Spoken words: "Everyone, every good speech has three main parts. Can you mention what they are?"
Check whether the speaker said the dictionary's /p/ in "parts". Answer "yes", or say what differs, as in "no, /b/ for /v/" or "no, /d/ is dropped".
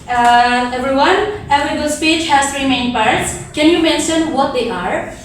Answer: yes